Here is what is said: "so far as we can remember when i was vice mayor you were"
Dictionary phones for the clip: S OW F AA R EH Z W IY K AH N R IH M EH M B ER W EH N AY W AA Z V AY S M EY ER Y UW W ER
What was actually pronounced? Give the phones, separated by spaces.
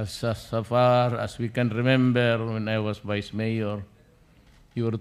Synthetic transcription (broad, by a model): S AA F AA R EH S W IY K AH N R IH M EH M B ER W EH N AY W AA S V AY S M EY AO Y UW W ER